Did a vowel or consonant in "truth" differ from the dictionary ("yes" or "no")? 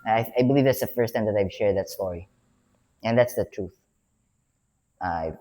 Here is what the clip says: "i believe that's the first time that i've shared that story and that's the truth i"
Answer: no